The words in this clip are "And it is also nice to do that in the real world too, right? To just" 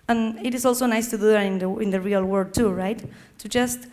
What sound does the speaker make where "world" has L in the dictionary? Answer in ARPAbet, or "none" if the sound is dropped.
none